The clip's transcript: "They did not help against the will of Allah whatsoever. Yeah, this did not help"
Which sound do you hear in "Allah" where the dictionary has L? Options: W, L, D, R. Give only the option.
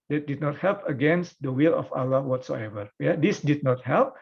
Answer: L